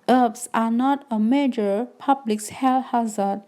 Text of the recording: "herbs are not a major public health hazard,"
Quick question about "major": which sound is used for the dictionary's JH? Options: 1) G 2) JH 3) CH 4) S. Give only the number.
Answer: 2